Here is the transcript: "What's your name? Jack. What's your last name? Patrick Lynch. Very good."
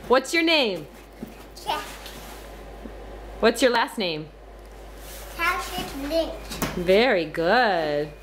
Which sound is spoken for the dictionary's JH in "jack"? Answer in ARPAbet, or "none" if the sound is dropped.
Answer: CH